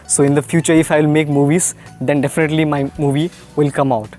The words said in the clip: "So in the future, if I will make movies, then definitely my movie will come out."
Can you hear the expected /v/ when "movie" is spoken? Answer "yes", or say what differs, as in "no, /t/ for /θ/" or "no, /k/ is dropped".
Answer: yes